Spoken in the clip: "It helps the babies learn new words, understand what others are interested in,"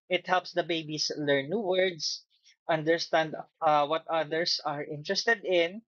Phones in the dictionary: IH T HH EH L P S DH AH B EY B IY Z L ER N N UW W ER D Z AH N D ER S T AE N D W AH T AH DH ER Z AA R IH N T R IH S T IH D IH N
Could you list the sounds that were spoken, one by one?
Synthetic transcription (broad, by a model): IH T HH EH L P S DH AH B EY B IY S L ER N N UW W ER D S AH N D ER S T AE N D W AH T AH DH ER S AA R IH N T R IH S T IH D IH N